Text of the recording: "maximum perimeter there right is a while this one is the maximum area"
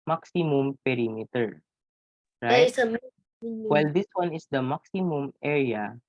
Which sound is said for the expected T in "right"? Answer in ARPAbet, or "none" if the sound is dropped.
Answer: none